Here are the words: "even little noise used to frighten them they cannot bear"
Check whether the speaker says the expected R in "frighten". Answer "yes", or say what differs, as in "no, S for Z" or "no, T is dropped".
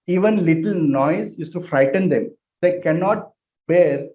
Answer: yes